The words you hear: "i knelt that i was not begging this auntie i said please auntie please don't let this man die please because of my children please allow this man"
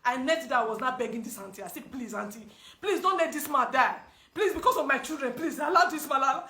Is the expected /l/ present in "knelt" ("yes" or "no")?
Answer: no